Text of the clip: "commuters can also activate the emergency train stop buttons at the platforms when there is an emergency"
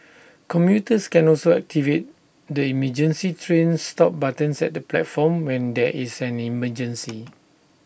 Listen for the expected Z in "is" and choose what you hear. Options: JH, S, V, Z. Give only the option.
S